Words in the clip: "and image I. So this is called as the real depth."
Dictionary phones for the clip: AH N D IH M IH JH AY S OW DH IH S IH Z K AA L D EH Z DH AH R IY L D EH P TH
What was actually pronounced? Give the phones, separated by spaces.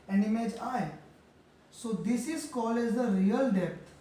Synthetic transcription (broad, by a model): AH N D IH M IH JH AY S OW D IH S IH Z K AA L EH Z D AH R IY L D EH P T